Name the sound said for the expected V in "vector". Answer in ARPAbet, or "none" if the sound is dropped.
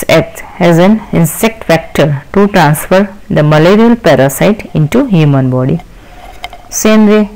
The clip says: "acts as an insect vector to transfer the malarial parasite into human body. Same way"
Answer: F